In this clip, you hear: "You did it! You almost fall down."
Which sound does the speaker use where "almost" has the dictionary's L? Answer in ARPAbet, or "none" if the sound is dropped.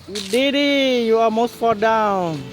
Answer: none